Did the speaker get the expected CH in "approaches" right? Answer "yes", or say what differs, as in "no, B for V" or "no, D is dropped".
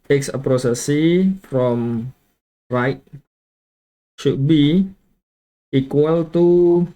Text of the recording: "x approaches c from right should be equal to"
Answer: no, S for CH